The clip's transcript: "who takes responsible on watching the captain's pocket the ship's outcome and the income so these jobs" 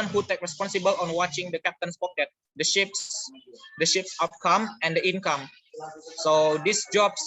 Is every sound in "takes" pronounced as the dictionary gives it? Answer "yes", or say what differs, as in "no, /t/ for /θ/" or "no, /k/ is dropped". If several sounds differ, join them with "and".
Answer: no, /s/ is dropped